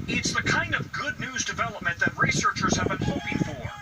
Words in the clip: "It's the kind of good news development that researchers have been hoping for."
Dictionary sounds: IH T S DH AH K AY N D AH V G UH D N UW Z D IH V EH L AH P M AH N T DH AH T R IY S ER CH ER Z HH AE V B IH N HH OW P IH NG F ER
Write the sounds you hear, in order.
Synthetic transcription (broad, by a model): IH T S DH AH K AY N D AH V G UH D N UW Z D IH V EH L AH P M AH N DH AH T R IY S ER CH ER Z HH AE V B IH N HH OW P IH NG F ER